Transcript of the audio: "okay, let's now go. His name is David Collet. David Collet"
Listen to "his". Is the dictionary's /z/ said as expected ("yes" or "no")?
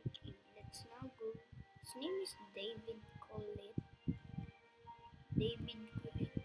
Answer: no